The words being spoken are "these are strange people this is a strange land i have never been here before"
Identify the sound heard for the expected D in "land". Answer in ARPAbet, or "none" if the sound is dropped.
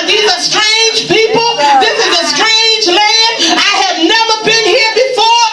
none